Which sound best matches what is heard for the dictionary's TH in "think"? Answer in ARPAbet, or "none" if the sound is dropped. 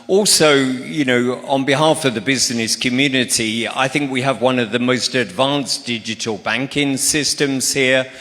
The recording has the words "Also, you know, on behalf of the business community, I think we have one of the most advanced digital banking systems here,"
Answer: TH